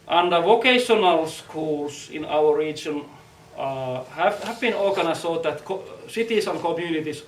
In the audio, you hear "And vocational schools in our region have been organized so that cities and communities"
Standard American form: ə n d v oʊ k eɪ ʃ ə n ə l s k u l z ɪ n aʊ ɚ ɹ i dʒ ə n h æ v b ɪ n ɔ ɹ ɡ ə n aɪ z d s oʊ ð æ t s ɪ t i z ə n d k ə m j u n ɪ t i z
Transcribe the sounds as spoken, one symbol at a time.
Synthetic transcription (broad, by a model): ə n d v oʊ k eɪ ʃ ə n ə l s k u l s ɪ n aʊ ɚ ɹ i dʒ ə n h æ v b ɪ n ɔ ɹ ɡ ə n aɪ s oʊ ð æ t s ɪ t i s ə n k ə m j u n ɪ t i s